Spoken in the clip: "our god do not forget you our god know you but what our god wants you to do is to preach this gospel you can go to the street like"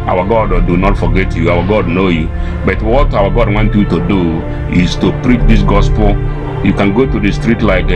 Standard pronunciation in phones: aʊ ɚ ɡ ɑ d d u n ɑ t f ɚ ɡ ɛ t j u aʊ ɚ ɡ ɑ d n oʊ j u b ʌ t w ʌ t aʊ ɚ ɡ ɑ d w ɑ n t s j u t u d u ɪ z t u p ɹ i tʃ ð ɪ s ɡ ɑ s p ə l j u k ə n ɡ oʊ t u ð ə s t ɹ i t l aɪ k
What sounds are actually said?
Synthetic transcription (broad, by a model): aʊ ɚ ɡ ɑ d d u n ɑ t f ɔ ɡ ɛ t j u aʊ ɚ ɡ ɑ d n oʊ j u b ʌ t w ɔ t aʊ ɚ ɡ ɑ d w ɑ n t j u t u d u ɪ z t u p ɹ i tʃ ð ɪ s ɡ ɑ s p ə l j u k ə n ɡ oʊ t u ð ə s t ɹ i t l aɪ k